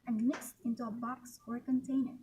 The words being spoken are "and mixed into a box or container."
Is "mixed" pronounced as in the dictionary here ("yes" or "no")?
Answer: yes